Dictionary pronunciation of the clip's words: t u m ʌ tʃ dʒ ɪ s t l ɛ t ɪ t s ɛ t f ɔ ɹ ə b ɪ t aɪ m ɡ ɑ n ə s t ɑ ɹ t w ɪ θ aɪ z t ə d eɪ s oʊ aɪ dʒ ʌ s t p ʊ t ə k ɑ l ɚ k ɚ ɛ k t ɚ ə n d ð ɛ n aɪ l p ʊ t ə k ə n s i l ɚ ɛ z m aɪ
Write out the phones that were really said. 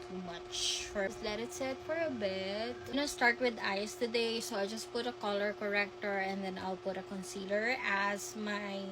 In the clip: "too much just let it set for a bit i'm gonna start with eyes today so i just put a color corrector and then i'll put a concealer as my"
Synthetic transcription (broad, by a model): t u m ʌ tʃ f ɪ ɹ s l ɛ t ɪ t s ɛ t f ɔ ɹ ə b ɪ t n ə s t ɑ ɹ t w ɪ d aɪ s t ə d eɪ s oʊ aɪ dʒ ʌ s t p ʊ t ə k ɑ l ɚ k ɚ ɛ k t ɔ ə n d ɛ n aɪ l p ʊ t ə k ə n s i l ɚ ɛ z m aɪ